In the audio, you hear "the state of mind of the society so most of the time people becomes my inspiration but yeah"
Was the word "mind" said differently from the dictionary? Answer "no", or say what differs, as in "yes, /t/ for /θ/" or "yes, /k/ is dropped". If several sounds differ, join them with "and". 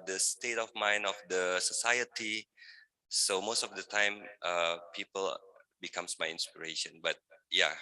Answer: yes, /d/ is dropped